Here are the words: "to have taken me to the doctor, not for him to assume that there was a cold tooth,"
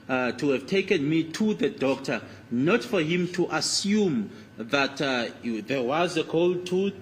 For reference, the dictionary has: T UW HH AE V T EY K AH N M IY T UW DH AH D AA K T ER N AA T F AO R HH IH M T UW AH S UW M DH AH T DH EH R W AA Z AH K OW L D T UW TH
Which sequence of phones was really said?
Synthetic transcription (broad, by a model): T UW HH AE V T EY K AH N M IY T UW DH AH D AA K T ER N AA T F AO R HH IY M T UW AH S UW M DH AH T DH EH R W AA Z AH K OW L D T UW